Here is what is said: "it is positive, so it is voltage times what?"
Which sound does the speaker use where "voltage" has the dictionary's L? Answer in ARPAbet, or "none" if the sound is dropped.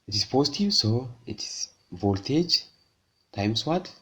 L